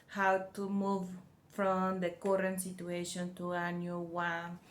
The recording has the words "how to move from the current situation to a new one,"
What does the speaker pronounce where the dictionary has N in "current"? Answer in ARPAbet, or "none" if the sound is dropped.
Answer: N